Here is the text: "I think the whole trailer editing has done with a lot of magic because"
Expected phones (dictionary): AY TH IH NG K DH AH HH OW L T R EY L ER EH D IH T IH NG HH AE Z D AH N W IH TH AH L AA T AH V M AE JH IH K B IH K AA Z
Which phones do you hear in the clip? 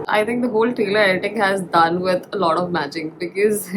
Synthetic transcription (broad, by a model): AY T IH NG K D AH HH OW L T R EY L ER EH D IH T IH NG HH AE Z D AH N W IH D AH L AA T AH V M AE JH IH K B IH K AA Z